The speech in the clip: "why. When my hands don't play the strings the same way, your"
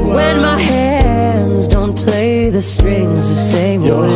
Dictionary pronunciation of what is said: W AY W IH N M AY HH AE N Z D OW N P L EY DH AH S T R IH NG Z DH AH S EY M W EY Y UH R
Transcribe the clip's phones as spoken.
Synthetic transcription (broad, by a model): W W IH N M AY HH AE N Z D OW N P L EY DH AH S T R IH NG Z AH S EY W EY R